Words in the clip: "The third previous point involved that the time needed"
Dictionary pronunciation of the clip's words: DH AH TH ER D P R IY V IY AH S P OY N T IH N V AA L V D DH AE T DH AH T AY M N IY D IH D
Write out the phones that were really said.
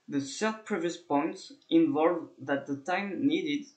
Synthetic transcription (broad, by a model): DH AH S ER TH P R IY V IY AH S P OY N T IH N V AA L V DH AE T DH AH T AY M N IY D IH D